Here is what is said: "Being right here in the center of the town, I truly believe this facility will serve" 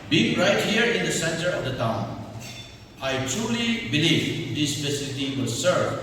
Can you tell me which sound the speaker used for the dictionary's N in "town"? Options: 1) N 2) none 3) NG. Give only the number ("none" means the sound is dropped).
1